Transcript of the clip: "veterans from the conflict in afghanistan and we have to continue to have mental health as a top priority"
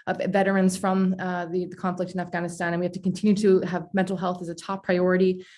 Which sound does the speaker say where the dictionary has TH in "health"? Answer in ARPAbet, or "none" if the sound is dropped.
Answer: TH